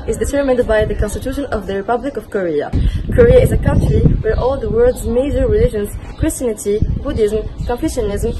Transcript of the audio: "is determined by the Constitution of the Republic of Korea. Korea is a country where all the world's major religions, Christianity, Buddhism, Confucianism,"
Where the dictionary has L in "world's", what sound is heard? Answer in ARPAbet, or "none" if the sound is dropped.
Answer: none